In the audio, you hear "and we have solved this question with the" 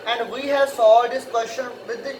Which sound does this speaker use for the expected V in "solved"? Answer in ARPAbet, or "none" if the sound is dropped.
none